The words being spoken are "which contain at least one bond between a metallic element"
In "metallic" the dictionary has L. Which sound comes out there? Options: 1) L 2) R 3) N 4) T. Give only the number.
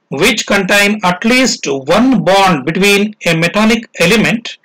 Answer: 3